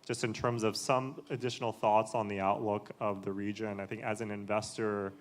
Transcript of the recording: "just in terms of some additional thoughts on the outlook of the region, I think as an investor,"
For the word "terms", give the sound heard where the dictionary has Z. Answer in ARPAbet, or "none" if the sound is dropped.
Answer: Z